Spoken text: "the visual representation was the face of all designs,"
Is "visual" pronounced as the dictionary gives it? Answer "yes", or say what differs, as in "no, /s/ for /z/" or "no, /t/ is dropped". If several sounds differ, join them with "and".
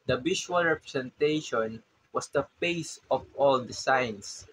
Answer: no, /b/ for /v/ and /ʃ/ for /ʒ/